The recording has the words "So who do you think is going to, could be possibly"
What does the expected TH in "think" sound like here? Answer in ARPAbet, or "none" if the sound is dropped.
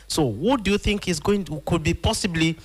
TH